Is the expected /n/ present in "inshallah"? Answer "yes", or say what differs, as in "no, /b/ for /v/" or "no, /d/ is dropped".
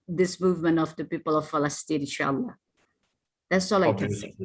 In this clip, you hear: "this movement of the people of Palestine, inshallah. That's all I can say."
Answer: no, /n/ is dropped